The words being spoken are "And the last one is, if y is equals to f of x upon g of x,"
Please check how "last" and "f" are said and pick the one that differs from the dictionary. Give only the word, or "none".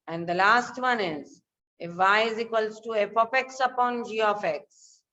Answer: f